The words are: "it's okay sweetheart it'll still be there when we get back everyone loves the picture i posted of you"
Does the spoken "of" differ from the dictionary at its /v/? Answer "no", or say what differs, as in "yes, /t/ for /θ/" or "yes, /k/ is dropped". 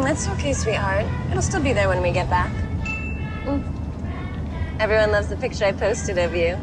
no